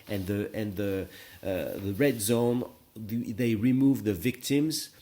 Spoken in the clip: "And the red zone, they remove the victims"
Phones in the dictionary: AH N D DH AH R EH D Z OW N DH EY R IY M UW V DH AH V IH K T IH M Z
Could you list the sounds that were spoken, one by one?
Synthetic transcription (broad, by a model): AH N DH DH AH R EH D Z OW N DH EY R IY M UW V DH AH V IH K T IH M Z